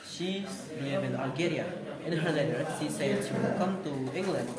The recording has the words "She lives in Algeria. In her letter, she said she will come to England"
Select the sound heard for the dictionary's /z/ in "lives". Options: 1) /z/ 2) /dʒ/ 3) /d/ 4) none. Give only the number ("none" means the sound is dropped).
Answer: 4